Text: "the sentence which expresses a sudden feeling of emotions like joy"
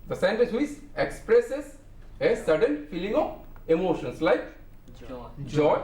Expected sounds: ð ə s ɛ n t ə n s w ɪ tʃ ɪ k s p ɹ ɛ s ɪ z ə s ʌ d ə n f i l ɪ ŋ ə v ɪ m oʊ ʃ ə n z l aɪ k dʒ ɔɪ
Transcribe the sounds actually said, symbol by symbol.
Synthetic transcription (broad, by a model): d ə s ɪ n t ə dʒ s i s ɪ k s p ɹ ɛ s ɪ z ə s ʌ d ə n f i l ɪ ŋ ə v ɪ m oʊ ʃ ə n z l aɪ k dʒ ɔɪ